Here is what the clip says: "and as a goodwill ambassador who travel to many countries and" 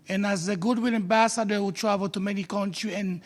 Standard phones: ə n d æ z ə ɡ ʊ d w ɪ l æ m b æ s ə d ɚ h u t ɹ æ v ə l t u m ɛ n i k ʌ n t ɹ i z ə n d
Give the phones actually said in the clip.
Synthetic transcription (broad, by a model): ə n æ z ə ɡ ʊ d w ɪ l æ m b æ s ə d ɚ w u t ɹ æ v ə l t u m ɛ n i k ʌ n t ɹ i ə n